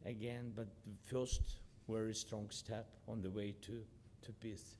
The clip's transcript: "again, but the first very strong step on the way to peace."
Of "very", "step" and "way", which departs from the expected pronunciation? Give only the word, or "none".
very